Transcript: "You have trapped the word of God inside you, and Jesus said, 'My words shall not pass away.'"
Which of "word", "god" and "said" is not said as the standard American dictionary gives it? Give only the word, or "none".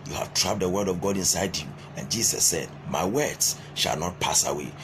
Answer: none